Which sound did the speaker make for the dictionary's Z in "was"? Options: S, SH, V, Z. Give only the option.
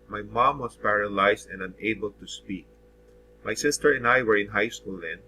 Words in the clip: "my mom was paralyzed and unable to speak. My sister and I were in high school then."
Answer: S